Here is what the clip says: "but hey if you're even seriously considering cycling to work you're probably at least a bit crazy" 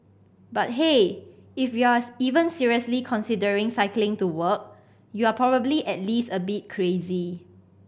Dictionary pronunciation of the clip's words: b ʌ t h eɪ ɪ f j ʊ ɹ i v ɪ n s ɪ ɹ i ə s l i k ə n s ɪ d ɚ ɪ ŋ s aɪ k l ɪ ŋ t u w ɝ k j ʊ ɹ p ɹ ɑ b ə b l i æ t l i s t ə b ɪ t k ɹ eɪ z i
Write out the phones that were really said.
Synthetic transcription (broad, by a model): b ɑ t h eɪ ɪ f j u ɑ i v ɪ n s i ɹ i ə s l i k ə n s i d ɚ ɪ ŋ s aɪ k l ɪ ŋ t u w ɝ k j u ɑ p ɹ ɑ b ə b l i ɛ t l i s t ə b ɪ t k ɹ eɪ z i